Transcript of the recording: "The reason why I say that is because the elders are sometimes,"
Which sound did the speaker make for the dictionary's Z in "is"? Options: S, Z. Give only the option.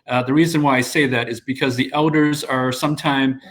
Z